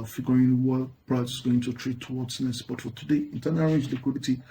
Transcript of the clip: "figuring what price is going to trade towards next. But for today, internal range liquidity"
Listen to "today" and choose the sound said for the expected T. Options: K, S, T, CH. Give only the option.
T